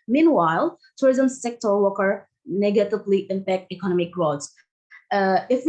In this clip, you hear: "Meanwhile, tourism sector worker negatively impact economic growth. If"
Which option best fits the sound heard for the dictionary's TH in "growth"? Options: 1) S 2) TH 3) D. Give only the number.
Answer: 1